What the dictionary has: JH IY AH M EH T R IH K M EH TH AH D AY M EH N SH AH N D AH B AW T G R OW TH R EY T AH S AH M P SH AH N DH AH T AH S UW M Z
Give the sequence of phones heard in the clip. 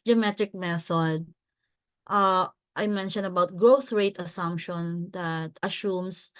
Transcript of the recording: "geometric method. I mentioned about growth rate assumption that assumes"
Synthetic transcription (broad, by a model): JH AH M EH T R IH K M EH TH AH D AY M EH N SH AH N D AH B AW T G R OW TH R EY T AH S AH M P SH AH N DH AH T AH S UW M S